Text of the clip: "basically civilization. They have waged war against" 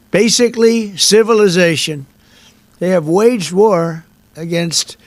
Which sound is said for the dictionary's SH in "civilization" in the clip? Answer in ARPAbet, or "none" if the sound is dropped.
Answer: SH